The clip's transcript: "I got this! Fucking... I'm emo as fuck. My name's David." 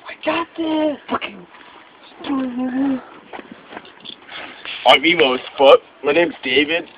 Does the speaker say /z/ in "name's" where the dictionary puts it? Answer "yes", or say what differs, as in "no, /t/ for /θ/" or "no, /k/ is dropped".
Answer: no, /z/ is dropped